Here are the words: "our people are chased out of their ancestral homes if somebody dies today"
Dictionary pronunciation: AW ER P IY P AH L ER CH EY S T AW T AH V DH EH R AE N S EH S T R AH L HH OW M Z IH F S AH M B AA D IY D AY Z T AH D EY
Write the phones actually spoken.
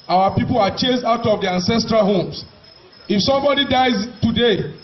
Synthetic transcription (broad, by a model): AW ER P IY P AH L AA CH EY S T AW T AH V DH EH AE N S EH S T R AH L HH OW M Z IH F S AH M B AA D IY D AY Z T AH D EY